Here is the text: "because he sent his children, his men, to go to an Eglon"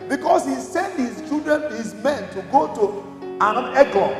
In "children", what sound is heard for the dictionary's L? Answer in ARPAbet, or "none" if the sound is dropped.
none